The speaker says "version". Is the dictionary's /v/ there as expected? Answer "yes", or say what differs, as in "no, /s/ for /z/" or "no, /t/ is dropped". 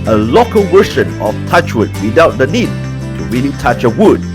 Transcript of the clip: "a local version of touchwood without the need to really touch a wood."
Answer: no, /w/ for /v/